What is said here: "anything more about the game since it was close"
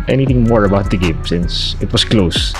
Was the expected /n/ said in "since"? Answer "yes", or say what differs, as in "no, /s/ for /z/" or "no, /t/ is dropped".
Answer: yes